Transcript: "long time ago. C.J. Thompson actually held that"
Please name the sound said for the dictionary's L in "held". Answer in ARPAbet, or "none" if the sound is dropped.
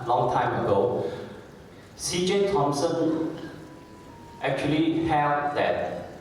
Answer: none